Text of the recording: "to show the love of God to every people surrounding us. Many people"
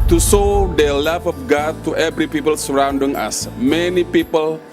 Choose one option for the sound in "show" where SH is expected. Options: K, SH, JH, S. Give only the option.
S